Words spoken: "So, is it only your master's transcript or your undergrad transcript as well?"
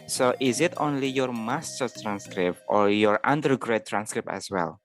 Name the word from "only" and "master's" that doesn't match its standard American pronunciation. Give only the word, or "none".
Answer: master's